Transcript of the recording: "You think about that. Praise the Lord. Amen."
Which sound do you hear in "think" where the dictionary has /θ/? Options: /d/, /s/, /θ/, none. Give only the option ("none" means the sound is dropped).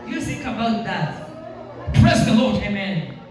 /s/